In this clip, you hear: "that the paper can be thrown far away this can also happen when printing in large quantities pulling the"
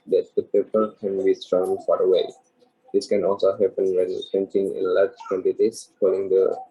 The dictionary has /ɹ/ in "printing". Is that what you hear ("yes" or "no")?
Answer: no